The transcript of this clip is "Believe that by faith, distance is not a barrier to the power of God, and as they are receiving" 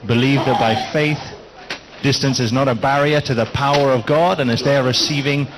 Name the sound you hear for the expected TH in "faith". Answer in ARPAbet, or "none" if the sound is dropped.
TH